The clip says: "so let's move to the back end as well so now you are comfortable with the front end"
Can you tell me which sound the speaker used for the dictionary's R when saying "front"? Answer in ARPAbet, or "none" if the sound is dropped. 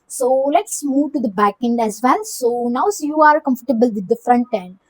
R